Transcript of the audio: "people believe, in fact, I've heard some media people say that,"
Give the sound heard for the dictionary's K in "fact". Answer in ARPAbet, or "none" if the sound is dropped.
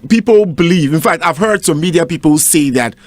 K